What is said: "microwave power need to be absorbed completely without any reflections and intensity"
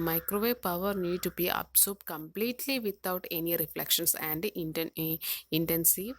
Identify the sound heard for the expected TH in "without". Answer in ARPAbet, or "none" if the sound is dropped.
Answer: T